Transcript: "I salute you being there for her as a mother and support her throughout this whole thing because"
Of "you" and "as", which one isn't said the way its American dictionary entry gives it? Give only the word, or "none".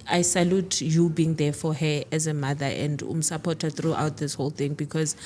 none